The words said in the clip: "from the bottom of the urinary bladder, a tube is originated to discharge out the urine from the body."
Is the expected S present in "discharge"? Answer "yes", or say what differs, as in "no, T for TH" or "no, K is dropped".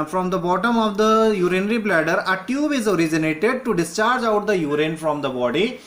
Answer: yes